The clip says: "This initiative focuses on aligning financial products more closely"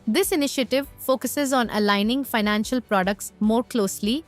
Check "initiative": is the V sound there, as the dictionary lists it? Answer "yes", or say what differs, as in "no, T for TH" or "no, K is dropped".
yes